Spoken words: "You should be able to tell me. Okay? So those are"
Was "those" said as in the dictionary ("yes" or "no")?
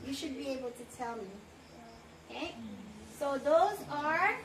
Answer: yes